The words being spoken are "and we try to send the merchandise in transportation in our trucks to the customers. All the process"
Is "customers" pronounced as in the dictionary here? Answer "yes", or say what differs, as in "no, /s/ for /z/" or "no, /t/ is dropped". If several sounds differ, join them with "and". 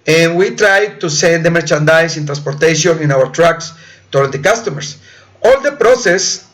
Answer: no, /s/ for /z/